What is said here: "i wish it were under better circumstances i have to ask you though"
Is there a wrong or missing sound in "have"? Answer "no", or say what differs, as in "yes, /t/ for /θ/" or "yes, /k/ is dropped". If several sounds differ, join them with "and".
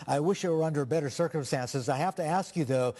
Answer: yes, /f/ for /v/